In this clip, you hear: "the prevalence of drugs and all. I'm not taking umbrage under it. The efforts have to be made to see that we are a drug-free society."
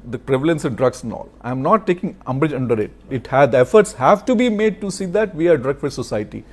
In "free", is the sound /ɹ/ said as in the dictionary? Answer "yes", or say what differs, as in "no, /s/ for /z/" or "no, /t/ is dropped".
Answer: no, /ɹ/ is dropped